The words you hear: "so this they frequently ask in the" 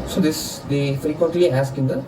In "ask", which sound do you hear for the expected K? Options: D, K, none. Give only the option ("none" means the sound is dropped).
K